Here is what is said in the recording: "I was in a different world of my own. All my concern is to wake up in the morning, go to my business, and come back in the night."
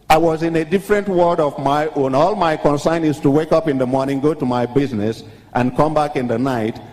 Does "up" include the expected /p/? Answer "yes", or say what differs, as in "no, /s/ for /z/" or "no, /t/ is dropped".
yes